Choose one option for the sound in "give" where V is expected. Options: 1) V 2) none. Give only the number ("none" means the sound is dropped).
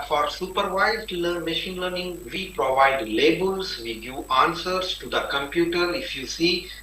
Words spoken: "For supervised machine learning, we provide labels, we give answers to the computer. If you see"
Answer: 2